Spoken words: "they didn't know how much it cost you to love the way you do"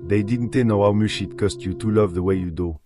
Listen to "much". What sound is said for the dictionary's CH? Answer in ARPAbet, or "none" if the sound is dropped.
SH